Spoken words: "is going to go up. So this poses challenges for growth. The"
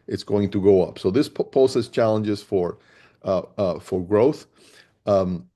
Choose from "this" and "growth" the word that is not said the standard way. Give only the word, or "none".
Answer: none